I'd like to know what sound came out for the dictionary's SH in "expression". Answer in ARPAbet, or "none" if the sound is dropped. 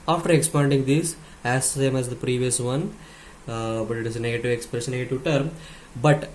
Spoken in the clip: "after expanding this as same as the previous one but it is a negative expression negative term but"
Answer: S